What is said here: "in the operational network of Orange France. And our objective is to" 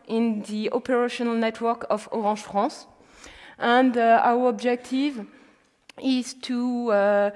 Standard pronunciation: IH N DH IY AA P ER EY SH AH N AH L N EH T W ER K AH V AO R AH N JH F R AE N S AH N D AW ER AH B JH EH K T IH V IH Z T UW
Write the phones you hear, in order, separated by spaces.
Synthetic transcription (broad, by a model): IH N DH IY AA P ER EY SH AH N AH L N EH T W ER K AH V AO R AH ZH F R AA S AH N D AW ER AH B JH EH K T IH V IH Z T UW